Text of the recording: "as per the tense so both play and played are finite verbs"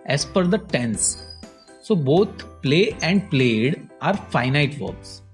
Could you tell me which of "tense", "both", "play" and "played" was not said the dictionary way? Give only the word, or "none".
both